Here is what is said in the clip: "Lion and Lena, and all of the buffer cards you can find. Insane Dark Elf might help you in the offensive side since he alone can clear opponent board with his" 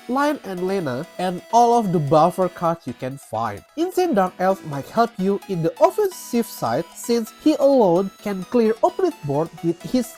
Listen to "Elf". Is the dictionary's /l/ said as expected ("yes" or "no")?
yes